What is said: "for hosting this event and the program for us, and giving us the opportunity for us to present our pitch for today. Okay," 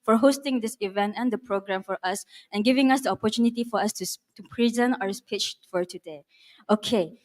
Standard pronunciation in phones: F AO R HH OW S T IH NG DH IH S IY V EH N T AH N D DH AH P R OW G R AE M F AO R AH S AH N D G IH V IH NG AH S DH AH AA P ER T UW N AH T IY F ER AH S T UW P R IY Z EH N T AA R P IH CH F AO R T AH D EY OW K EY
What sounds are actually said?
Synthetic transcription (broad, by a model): F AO R HH OW S T IH NG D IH S IY V EH N T AH N D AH P R OW G R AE M F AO R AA S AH N G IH V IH NG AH S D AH AA P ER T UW N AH T IY F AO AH S T UW P R IY Z EH N T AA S P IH CH F AO R T AH D EY OW K EY